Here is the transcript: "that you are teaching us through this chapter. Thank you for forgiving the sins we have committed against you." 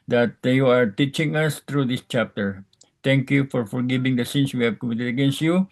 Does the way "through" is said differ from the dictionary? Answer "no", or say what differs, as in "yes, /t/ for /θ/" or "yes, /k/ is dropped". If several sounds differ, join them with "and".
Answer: yes, /t/ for /θ/